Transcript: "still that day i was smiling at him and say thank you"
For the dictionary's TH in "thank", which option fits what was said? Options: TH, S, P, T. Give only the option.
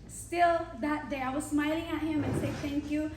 T